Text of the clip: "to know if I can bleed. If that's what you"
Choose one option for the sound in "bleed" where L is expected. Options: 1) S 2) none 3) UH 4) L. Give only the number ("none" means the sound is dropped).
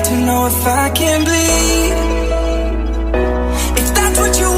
2